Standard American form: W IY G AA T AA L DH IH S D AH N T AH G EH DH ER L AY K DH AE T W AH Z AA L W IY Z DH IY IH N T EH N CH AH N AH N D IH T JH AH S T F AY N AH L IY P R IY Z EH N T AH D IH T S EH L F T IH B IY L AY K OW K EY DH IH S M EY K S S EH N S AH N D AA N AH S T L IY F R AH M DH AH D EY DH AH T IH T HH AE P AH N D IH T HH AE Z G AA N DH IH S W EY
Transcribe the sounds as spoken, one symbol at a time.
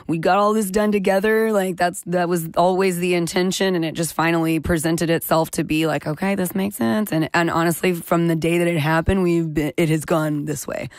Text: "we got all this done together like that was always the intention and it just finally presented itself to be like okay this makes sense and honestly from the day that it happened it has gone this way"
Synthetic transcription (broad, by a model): W IY G AA T AA L DH IH S D AH N T AH G EH DH ER L AY K DH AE T W AH Z AA L W IY Z DH IY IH N T EH N SH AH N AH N IH T JH AH S T F AY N L IY P R IY Z EH N T AH D IH T S EH L F T IH B IY L AY K OW K EY DH IH S M EY K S S EH N S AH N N AA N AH S T L IY F R AH M DH AH D EY DH AH T IH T HH AE P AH N D IH T HH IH Z G AA N DH IH S W EY